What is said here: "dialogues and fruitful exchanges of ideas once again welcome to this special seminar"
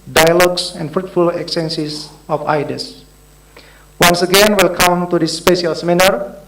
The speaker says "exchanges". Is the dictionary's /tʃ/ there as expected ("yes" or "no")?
no